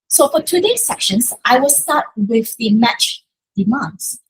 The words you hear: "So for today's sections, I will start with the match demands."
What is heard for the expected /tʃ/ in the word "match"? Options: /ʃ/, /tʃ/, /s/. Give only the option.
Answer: /tʃ/